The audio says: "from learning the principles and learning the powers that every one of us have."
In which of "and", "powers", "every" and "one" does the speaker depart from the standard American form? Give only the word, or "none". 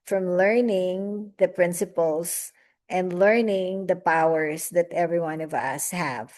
powers